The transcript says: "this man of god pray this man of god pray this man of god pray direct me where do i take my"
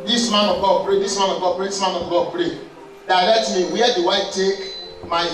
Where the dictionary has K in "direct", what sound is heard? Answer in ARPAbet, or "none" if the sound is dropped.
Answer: none